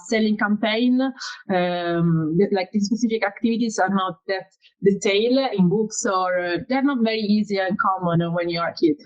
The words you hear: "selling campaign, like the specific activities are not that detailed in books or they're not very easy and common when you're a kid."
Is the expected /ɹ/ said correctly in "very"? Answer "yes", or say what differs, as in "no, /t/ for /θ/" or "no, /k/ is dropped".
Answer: yes